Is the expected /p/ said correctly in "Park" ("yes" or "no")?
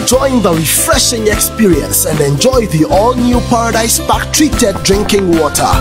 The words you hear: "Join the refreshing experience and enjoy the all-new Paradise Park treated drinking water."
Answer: no